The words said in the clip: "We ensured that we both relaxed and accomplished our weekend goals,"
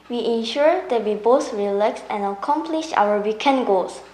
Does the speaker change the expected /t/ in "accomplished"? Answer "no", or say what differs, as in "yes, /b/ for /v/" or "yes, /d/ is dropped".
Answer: yes, /t/ is dropped